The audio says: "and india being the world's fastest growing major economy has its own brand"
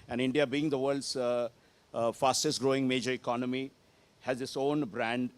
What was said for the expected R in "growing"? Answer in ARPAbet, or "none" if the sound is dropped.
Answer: R